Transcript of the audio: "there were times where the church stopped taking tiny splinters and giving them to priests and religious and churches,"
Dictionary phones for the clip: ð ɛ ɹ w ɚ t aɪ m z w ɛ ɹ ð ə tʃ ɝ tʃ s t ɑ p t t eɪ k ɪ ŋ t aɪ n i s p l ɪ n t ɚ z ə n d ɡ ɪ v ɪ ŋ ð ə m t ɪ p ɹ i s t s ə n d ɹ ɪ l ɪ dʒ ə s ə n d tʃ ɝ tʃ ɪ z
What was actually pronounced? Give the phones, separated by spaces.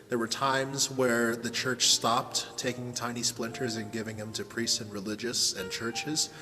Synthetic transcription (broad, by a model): ð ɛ ɹ w ɚ t aɪ m z w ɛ ɹ ð ə tʃ ɝ tʃ s t ɑ p t t eɪ k ɪ ŋ t aɪ n i s p l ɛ n t ɚ z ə n ɡ ɪ v ɪ ŋ ð ə m t ɪ p ɹ i s t s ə n ɹ ɪ l ɪ dʒ ə s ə n tʃ ɝ tʃ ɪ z